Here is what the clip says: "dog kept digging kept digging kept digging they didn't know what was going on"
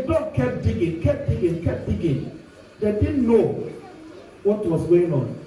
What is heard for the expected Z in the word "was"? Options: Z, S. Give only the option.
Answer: S